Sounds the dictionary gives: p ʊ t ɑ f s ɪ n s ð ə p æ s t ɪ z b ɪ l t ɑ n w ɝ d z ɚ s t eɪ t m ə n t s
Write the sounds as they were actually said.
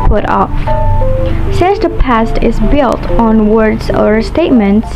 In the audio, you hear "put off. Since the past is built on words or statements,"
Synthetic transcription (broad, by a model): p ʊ t ɑ f s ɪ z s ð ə p æ s t ɪ z b ɪ l t n w ɝ d z ɚ s t eɪ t m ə n t s